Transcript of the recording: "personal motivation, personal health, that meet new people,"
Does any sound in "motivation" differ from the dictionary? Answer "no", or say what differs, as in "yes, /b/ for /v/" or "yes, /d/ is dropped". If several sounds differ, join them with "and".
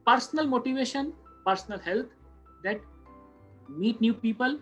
no